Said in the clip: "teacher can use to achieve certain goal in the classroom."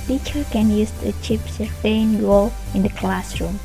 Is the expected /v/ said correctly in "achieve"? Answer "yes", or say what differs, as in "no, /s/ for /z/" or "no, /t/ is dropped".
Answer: no, /p/ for /v/